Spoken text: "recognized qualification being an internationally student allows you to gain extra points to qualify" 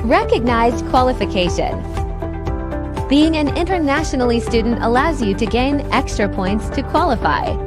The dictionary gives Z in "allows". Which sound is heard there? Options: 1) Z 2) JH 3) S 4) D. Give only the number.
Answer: 1